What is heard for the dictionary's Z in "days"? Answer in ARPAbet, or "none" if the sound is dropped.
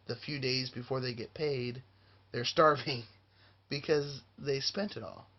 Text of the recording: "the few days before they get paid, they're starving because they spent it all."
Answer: Z